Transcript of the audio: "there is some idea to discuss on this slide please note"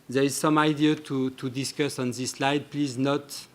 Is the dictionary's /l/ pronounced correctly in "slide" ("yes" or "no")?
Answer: yes